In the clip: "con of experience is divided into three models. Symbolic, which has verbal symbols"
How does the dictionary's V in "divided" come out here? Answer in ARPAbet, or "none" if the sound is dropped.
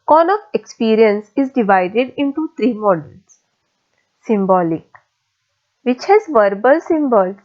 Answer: V